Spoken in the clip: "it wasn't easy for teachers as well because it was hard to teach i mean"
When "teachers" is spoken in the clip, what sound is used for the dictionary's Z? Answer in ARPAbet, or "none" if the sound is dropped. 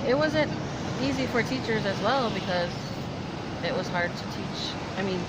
Z